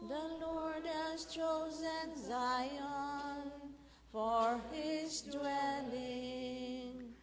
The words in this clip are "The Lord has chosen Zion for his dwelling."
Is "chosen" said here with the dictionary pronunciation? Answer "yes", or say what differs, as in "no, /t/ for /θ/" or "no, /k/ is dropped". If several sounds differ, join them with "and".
yes